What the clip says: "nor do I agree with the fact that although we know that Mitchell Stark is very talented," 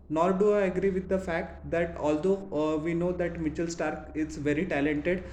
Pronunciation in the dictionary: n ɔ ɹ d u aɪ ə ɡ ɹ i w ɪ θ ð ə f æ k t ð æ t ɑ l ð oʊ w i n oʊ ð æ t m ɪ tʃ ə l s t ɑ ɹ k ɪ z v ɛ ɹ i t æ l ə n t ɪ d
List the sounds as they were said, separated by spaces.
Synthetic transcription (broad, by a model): n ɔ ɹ d u aɪ ə ɡ ɹ i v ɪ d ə f æ k t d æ t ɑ l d oʊ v i n oʊ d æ t m ɪ tʃ ə l s t ɑ ɹ k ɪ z v ɛ ɹ i t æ l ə n t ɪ d